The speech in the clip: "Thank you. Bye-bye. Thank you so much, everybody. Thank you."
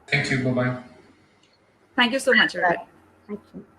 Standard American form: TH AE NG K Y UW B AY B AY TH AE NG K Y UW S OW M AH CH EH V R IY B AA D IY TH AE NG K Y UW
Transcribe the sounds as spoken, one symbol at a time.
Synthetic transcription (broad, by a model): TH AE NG K Y UW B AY B AY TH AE NG K Y UW S OW M AH CH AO R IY IH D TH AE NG K Y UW